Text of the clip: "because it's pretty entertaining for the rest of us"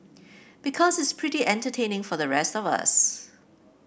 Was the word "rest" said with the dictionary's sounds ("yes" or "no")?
yes